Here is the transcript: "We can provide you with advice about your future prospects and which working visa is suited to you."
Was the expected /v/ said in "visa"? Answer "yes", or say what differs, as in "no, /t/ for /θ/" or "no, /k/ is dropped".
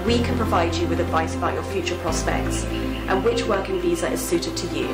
yes